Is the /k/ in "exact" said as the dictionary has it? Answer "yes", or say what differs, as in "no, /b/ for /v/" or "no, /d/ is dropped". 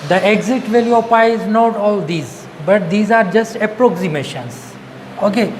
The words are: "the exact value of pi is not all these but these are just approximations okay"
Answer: no, /k/ is dropped